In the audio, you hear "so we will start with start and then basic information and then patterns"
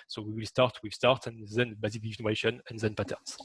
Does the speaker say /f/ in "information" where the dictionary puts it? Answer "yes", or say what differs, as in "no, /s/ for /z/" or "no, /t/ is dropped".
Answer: no, /f/ is dropped